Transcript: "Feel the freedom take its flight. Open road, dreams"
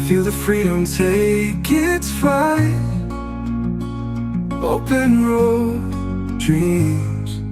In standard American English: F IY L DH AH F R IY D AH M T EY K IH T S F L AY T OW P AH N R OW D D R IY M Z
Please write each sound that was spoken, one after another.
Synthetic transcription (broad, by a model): F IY L DH AH F R IY D AH M T EY K IH T S F AY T OW P AH N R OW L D R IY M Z